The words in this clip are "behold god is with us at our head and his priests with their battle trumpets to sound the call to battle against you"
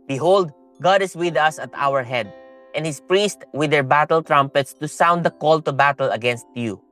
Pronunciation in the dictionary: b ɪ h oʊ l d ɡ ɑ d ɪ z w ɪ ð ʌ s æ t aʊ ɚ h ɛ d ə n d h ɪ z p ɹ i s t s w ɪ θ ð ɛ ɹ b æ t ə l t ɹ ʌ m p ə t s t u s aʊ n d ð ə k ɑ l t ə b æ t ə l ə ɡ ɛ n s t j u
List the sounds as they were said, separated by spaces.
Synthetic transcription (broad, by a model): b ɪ h oʊ l d ɡ ɑ d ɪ s w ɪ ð ʌ s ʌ t aʊ ɚ h ɛ d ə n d h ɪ s p ɹ i s t w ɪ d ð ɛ ɹ b æ t ə l t ɹ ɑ m p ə t s t u s aʊ n d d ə k ɑ l t ə b æ t ə l ə ɡ ɛ n s t j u